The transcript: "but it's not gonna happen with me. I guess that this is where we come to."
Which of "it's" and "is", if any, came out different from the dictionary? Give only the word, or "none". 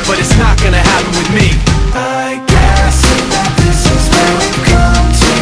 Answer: none